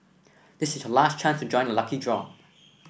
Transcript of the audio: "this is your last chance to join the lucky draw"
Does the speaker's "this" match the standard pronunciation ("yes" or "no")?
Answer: yes